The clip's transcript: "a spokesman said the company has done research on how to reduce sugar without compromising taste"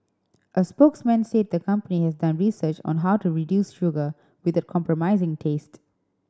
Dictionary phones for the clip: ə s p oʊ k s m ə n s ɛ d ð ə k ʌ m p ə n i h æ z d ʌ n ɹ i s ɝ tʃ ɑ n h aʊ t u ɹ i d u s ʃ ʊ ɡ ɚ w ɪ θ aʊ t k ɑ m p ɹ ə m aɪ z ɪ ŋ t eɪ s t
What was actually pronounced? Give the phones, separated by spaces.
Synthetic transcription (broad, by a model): ə s p oʊ k s m ə n s ɛ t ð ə k ʌ m p ə n i h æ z d ʌ n ɹ i s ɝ tʃ ɑ n h aʊ t u ɹ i d u s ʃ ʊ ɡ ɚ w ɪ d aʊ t k ɑ m p ɹ ə m aɪ z ɪ ŋ t eɪ s t